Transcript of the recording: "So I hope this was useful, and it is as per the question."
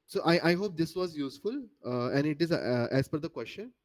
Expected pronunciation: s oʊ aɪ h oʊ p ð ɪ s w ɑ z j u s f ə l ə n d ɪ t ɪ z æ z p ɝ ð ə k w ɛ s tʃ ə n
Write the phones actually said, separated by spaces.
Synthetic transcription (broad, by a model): s oʊ aɪ h oʊ p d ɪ s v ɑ z j u s f ə l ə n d ɪ t ɪ z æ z f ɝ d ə k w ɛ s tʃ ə n